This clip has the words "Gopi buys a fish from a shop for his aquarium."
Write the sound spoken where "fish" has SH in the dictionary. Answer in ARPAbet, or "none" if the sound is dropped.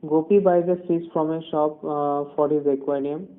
S